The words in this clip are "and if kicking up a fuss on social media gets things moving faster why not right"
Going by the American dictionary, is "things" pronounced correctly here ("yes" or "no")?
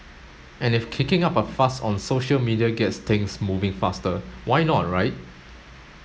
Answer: no